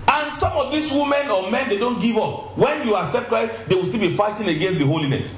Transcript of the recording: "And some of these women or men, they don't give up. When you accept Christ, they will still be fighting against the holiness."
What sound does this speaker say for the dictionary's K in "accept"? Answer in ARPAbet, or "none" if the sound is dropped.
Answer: K